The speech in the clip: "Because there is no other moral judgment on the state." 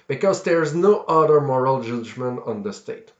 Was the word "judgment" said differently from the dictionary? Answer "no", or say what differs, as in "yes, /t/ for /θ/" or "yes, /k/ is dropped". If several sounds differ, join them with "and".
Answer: no